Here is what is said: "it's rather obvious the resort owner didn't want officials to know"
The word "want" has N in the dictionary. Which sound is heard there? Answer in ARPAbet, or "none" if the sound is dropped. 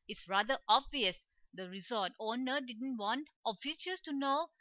N